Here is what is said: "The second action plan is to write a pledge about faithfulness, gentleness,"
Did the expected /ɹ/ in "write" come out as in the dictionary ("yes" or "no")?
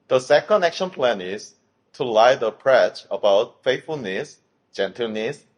no